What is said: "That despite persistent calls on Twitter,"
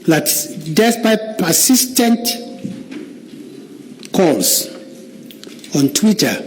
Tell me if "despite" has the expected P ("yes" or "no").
no